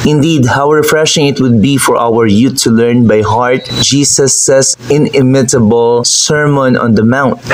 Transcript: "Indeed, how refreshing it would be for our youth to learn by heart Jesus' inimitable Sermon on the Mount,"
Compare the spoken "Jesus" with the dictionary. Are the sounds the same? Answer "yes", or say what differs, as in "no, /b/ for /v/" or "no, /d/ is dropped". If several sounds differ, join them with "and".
no, /s/ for /z/